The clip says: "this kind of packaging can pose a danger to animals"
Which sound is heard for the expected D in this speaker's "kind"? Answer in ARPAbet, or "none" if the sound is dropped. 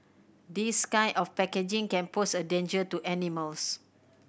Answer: none